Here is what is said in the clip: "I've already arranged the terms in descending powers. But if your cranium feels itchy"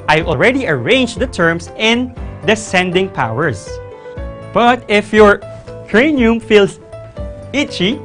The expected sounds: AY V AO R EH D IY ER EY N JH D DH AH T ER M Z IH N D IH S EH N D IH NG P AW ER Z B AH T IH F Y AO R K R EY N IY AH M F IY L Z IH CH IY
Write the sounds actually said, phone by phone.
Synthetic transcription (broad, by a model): AY AO R EH D IY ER EY N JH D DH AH T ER M S IH N D IH S EH N D IH NG P AW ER S B AH T IH F Y AO R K R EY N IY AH M F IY L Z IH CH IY